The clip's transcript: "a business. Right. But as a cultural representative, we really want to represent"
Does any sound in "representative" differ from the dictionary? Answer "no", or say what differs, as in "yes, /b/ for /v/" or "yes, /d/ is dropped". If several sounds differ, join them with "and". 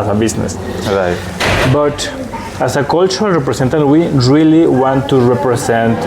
yes, /s/ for /z/